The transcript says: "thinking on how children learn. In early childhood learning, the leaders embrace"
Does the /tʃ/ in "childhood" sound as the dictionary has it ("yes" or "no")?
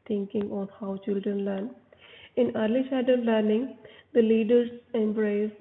no